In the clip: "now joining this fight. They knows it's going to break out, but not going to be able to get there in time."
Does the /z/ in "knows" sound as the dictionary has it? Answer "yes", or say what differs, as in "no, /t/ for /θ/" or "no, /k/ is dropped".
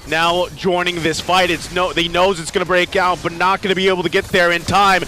yes